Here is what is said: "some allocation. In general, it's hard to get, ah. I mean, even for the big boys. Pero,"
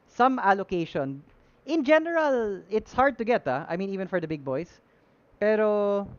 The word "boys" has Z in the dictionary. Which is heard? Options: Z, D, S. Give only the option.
S